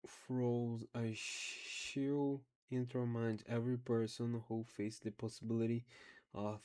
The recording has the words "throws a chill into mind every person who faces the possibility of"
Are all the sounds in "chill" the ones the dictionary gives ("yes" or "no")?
no